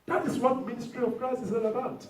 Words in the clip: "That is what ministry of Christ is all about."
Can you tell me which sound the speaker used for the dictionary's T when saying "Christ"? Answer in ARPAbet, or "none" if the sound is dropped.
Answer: none